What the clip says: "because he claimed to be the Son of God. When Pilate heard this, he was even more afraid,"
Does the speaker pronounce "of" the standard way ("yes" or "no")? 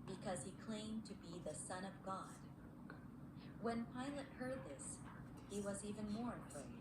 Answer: yes